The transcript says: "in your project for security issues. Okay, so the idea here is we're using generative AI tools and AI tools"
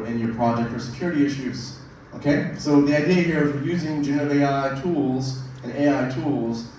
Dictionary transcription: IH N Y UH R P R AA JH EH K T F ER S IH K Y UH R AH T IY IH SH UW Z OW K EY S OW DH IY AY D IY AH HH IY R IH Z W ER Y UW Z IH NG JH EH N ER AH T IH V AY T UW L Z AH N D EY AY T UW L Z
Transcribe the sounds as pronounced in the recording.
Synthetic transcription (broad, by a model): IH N Y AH R P R AA JH EH K T F ER S IH K Y UH R AH T IY IH SH UW Z OW K EY S OW DH IY AY D IY AH HH IY R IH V Y UW Z IH NG JH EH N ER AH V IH AY T UW L Z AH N EY AY T UW L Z